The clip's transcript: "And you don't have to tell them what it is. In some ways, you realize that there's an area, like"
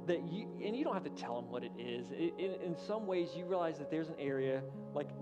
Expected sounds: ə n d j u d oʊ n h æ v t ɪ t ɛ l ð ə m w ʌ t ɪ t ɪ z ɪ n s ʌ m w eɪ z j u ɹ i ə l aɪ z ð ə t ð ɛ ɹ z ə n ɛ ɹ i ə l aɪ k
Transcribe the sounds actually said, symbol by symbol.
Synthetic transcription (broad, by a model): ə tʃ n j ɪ d oʊ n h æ f t ɪ t ɛ l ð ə m w ʌ t ɪ t ɪ z ɪ n s ʌ m w eɪ z j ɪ ɹ i ə l aɪ z ð ə t ð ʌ ɹ z ə n ɛ ɹ i ə l aɪ k